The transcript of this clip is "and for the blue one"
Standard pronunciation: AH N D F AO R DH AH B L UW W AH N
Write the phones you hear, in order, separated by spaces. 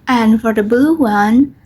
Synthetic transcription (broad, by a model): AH N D F AO R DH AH B UW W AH N